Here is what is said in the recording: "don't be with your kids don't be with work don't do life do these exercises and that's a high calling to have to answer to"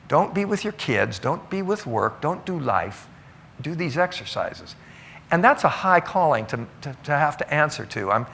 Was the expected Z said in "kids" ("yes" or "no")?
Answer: yes